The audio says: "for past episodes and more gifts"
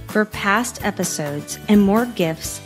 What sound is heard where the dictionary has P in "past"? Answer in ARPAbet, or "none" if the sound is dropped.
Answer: P